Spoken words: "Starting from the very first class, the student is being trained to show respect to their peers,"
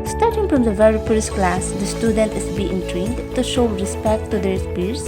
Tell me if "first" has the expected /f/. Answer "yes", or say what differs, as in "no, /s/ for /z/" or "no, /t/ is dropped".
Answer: no, /p/ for /f/